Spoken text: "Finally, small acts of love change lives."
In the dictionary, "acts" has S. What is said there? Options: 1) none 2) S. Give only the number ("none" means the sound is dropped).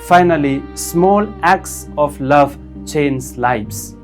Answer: 2